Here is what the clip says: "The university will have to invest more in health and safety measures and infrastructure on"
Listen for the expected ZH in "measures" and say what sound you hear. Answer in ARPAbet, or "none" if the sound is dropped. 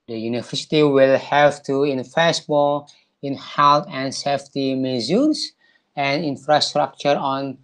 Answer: Z